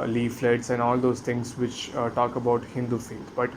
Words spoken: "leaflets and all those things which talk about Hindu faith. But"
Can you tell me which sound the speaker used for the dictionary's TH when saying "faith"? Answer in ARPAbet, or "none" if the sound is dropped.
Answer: T